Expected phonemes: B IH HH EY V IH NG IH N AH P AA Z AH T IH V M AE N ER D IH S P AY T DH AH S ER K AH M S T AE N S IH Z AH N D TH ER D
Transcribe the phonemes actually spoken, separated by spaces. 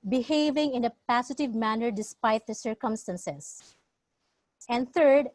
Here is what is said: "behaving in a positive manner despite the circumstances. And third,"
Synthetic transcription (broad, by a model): B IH HH EY V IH NG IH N AH P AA S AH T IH V M AE N ER D IH S P AY T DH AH S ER K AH M S T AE N S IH S AH N D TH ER D